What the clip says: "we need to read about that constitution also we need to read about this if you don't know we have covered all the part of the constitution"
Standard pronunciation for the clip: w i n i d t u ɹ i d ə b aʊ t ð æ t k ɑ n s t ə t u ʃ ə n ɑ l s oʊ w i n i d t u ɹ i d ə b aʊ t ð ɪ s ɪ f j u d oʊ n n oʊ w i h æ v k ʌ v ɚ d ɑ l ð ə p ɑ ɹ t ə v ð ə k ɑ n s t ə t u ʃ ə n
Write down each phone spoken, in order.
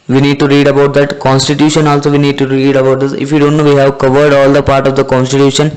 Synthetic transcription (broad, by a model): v i n i d t u ɹ i d ə b aʊ t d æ t k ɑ n s t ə t u ʃ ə n ɑ l s oʊ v i n i d t u ɹ i d ə b aʊ t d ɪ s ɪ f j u d oʊ n n oʊ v i h æ v k ʌ v ɚ d ɑ l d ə p ɑ ɹ t ə v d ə k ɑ n s t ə t u ʃ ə n